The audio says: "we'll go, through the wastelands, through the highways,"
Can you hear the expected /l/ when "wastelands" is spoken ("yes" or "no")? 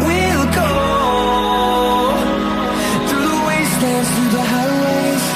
no